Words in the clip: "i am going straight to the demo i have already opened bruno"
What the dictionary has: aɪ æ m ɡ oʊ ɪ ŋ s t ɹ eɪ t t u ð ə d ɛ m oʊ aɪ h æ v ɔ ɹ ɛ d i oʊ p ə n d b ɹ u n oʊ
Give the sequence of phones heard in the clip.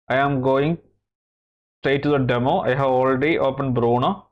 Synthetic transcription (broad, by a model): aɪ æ m ɡ oʊ ɪ ŋ s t eɪ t t u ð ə d ɛ m oʊ aɪ h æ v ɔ l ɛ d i oʊ p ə n b ɹ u n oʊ